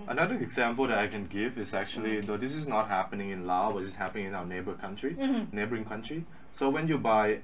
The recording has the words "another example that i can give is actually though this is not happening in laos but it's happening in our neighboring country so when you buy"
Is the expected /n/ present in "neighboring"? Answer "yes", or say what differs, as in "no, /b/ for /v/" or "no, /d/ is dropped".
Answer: yes